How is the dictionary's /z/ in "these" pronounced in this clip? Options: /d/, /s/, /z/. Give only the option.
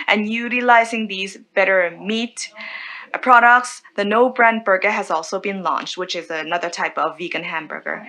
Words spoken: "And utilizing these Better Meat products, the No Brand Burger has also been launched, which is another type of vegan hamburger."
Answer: /z/